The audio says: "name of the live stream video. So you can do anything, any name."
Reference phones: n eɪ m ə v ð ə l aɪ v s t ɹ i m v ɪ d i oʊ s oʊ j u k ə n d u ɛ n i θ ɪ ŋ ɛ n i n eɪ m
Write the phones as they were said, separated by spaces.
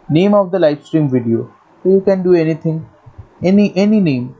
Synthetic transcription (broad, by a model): n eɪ m ə v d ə l aɪ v s t ɹ i m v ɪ d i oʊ oʊ j u k ə n d u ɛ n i t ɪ ŋ ɛ n i n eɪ m